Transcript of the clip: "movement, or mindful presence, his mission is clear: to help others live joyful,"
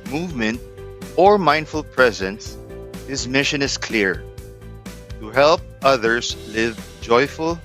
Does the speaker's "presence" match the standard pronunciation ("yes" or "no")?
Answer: yes